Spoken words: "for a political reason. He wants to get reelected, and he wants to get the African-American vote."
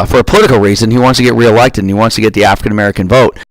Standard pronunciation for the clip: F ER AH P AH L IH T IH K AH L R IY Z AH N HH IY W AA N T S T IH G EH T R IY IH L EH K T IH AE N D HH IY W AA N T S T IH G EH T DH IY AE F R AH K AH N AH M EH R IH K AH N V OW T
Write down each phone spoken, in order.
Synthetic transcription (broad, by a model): F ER AH P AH L IH T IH K L R IY Z AH N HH IY W AA N T S T IH G EH T R IY IH L EH K T IH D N IY W AA N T S T IH G EH T DH IY AE F R AH K AH N AH M EH R IH K AH N V OW T